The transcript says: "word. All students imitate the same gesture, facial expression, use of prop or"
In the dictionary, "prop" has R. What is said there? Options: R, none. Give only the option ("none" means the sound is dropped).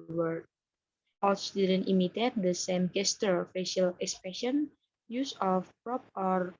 R